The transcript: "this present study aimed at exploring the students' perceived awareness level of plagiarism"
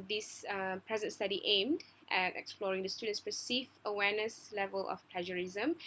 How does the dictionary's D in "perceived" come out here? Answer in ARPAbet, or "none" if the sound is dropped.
none